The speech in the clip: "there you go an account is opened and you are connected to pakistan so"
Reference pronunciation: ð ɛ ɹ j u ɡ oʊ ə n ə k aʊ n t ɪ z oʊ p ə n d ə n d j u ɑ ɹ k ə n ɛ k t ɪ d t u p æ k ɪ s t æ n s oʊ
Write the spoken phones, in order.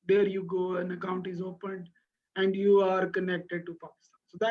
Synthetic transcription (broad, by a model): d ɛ ɹ j u ɡ oʊ ə n ə k aʊ n t ɪ z oʊ p ə n d ə n d j u ɑ ɹ k ə n ɛ k t ɪ d t u p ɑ k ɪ s t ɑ n s oʊ